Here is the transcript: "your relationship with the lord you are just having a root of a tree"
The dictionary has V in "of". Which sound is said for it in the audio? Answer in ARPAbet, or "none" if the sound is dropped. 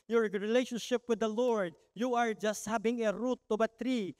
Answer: B